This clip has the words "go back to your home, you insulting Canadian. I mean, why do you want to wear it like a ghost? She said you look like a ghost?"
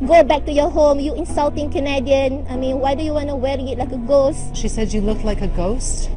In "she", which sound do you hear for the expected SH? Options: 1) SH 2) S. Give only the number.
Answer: 1